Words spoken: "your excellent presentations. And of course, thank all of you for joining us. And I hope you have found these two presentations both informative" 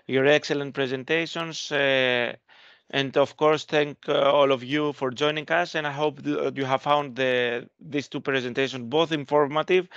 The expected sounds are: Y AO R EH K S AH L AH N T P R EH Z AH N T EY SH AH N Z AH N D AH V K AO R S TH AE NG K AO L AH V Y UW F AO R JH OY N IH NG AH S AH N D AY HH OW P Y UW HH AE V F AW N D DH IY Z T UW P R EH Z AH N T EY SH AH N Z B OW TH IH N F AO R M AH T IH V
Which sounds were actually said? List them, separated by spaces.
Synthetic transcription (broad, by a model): Y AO R EH K S AH L AH N T P R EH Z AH N T EY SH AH N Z AH N D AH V K AO R S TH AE NG K AO L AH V Y UW F AO R JH OY N IH NG AH S AH N D AY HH OW P Y UW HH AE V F AW N D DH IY S T UW P R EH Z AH N T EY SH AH N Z B OW TH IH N F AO R M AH T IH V